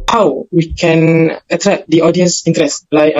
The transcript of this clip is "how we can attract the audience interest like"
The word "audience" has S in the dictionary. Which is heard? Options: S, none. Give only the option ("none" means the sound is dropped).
S